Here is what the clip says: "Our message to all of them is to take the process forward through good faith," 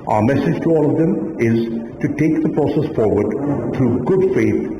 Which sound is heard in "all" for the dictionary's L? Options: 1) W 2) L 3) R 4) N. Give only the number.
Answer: 2